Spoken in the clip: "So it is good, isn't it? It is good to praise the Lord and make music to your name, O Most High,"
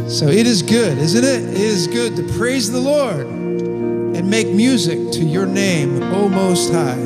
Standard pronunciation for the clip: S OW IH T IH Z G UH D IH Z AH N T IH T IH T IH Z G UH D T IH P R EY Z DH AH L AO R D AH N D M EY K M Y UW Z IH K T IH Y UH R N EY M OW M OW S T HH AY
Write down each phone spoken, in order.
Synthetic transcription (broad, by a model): S OW IH T IH Z G UH D IH Z AH N T IH T IH T IH Z G UH D T IH P R EY Z DH AH L AO R D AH N M EY K M Y UW Z IH K T IH Y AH R N EY M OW M OW S T HH AY